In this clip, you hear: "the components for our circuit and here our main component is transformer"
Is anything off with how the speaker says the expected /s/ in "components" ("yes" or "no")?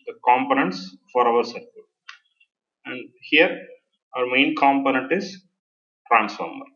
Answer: no